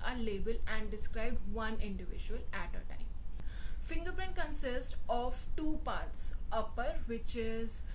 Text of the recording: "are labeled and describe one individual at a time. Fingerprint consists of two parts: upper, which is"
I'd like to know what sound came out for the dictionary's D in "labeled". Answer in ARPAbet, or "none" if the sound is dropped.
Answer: none